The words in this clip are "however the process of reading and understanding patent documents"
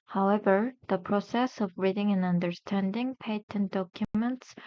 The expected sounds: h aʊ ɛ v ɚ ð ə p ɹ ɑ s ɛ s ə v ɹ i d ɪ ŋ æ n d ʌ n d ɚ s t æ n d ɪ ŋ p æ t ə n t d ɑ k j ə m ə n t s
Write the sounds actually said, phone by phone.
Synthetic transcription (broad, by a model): h aʊ ɛ v ɚ ð ə p ɹ ɑ s ɛ s ə v ɹ i d ɪ ŋ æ n ʌ n d ɚ s t æ n d ɪ ŋ p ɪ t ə n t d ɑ k j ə m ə n t s